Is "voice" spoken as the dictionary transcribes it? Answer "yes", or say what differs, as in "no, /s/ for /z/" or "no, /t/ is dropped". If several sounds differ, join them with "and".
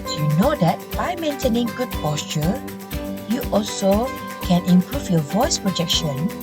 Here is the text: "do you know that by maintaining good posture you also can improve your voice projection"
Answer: yes